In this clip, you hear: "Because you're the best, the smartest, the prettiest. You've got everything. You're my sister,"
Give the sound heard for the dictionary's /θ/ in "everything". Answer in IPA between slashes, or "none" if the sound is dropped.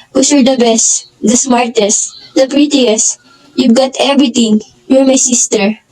/t/